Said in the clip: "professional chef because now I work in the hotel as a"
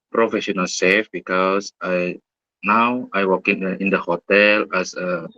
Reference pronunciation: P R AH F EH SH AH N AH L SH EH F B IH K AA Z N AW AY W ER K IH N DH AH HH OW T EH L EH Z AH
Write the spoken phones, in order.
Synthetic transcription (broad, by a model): P R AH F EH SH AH N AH L S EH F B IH K AA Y N AW AY W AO K IH N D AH HH OW T EH L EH S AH